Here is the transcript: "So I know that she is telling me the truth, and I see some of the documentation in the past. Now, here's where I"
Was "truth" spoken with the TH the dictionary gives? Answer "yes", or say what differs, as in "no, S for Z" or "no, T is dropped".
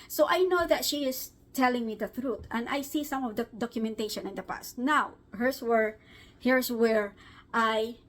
no, T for TH